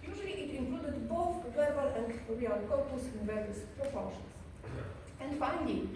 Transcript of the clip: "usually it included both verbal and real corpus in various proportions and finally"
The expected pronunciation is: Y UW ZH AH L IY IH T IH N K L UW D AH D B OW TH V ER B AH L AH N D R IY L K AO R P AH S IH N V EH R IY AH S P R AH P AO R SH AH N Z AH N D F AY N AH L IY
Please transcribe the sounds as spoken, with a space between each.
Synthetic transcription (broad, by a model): Y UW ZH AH L IY IH T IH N K L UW D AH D B OW TH W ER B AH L AH N D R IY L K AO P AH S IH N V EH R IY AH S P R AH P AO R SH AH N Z AH N D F AY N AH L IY